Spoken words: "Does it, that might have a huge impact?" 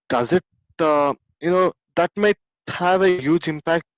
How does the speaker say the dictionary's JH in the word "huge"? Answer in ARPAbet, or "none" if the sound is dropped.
JH